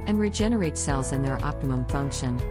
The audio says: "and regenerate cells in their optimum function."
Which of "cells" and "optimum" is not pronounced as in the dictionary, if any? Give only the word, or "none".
none